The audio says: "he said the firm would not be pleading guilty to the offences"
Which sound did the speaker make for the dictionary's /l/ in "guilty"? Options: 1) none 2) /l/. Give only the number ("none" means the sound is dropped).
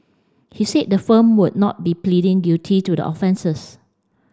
1